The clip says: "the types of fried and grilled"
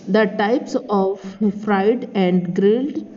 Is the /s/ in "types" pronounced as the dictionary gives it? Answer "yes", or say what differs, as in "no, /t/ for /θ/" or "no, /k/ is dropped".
yes